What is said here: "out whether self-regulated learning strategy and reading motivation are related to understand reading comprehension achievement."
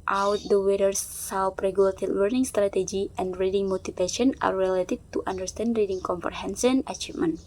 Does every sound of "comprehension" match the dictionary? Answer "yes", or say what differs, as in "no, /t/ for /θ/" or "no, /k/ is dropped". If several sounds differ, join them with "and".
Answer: no, /s/ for /ʃ/